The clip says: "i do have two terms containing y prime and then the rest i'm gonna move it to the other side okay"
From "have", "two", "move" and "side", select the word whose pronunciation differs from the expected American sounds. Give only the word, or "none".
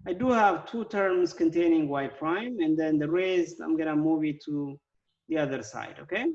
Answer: none